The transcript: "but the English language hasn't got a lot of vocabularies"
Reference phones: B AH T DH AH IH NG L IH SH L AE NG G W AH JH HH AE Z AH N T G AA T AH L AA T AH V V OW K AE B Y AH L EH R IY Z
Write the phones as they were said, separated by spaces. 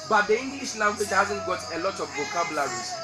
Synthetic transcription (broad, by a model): B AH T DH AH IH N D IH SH L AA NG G W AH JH HH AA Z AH N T G AA T AH L AA T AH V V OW K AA B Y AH L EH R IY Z